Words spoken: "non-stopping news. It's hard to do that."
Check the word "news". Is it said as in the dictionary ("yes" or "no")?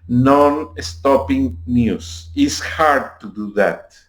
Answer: no